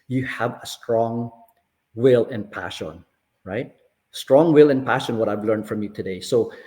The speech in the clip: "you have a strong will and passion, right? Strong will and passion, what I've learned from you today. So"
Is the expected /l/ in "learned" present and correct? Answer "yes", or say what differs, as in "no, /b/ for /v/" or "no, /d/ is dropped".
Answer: yes